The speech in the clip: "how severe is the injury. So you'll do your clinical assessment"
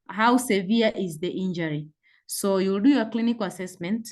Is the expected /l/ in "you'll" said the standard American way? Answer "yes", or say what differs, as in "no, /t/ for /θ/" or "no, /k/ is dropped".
yes